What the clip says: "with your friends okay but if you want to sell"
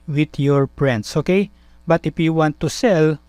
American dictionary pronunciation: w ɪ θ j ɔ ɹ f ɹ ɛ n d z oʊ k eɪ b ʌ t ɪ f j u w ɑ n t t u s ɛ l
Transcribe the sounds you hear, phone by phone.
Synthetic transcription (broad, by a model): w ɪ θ j ɔ ɹ p ɹ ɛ n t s oʊ k eɪ b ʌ t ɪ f j u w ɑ n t t u s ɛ l